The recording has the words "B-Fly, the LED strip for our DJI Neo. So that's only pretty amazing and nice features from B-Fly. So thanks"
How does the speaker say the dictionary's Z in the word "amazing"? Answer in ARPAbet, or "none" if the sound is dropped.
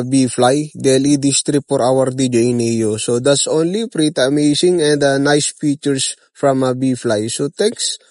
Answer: S